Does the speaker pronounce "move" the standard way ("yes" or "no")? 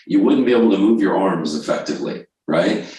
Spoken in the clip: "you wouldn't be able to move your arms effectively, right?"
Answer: yes